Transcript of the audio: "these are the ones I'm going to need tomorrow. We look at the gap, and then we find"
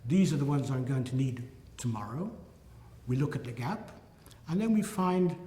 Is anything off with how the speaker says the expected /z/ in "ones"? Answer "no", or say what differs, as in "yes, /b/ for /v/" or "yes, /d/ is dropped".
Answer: no